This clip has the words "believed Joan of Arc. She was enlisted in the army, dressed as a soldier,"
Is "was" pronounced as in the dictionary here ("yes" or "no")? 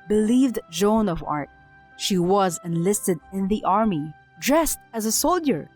yes